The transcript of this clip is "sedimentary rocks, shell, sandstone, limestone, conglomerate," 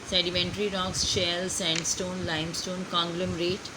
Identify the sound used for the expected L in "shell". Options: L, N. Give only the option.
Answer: L